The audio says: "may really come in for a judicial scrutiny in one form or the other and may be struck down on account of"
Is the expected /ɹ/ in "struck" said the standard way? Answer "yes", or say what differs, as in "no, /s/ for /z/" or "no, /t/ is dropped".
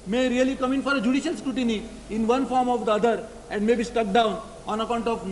no, /ɹ/ is dropped